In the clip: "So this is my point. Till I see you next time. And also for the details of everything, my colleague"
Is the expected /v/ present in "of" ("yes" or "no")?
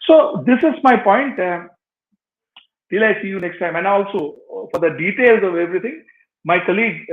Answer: yes